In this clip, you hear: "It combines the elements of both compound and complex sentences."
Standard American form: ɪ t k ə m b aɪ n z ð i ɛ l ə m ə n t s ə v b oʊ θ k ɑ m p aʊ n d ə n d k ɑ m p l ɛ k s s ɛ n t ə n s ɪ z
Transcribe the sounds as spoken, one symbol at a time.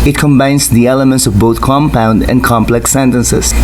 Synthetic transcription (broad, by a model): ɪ t k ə m b aɪ n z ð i ɛ l ə m ə n t s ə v b oʊ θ k ɑ m p aʊ n d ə n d k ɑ m p l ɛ k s s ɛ n t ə n s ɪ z